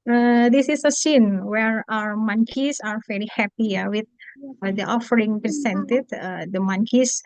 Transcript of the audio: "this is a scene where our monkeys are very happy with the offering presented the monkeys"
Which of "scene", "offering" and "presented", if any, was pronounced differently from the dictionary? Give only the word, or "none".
presented